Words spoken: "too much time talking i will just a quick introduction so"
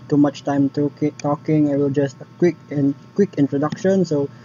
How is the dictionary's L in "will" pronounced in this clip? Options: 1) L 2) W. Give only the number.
1